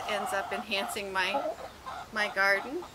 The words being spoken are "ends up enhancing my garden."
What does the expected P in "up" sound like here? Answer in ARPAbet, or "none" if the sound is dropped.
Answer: P